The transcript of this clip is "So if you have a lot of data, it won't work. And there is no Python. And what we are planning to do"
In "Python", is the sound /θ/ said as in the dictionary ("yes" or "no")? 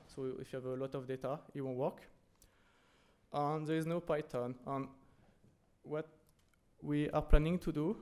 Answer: no